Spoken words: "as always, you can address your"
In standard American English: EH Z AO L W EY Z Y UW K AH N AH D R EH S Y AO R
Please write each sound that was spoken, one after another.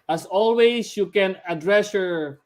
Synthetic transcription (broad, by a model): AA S AO L W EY S Y UW K AH N AH D R EH S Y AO R